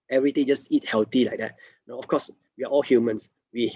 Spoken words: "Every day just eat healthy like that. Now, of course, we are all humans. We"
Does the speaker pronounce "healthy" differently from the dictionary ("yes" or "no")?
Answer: yes